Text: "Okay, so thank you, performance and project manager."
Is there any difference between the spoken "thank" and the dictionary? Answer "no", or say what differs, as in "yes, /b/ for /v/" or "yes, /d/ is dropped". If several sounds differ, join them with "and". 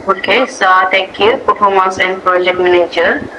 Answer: yes, /t/ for /θ/ and /ŋ/ is dropped